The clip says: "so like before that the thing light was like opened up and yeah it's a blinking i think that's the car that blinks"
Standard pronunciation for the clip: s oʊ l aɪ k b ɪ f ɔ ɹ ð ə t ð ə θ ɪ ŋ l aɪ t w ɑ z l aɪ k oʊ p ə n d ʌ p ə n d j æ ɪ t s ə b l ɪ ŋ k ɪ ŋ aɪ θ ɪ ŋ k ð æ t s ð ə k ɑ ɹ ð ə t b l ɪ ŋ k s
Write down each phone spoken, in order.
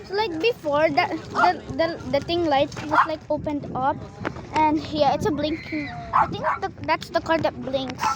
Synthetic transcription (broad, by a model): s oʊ l aɪ k b ɪ f ɔ ɹ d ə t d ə t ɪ ŋ l aɪ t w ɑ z l aɪ k oʊ p ə n d ʌ p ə n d j æ ɪ t s ə b l ɪ ŋ k ɪ ŋ aɪ t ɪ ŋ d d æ t s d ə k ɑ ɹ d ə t b l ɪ ŋ k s